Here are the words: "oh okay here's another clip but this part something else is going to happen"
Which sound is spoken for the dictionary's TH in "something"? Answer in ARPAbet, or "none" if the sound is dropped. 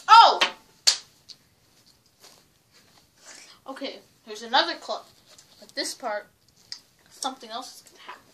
TH